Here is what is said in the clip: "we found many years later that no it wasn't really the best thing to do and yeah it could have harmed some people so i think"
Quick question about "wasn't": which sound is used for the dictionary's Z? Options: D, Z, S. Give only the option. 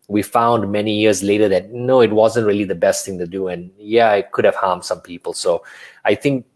Z